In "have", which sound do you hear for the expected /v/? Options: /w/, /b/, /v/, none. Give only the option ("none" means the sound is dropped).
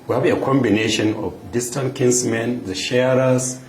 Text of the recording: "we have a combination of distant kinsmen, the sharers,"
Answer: /b/